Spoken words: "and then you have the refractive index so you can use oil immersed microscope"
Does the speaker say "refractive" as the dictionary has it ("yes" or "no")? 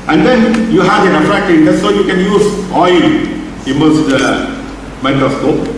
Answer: no